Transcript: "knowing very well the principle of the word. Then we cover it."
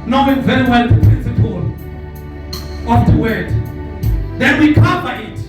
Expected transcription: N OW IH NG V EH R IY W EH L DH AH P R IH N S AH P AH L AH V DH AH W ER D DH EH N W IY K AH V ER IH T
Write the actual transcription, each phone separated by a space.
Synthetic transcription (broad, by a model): N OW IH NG V EH R IY W EH L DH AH P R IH N S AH P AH L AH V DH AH W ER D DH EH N W IY K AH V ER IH T